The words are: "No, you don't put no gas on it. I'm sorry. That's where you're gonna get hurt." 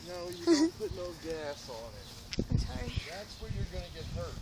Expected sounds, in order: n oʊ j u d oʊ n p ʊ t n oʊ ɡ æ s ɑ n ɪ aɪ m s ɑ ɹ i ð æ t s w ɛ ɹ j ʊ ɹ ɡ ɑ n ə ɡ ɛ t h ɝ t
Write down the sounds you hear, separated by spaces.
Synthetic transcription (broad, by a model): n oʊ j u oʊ p ʊ t n oʊ ɡ æ s n ɪ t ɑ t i ð æ t s w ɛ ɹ j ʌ ɹ ɡ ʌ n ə ɡ ɛ t h ɝ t